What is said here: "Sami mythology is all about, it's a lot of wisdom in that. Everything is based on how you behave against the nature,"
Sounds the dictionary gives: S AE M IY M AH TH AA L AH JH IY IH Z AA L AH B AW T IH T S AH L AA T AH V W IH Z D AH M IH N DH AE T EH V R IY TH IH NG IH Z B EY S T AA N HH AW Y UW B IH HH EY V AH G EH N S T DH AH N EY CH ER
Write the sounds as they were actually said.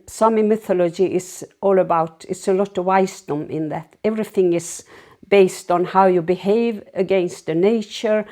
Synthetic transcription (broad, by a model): S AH M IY M AH TH AA L AH JH IY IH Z AA L AH B AW T IH T S AH L AA T AH V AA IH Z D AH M IH N DH AE T EH V R IY TH IH NG IH Z B EY S T N HH AW Y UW B IH HH EY V AH G EH N S T DH AH N EY CH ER